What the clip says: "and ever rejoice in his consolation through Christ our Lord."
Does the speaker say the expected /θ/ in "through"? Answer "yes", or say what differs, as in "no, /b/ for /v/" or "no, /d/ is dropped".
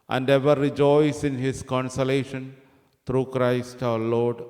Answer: no, /t/ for /θ/